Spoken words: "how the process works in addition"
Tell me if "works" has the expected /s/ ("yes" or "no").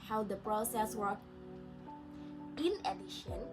no